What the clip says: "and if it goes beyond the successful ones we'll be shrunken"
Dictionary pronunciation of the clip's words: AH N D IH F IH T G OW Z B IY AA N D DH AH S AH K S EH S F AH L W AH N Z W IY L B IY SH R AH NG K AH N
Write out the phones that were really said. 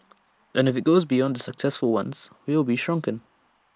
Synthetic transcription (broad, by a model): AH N IH F IH T G OW Z B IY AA N D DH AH S AH K S EH S F AH L W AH N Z W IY L B IY SH R AH NG K AH N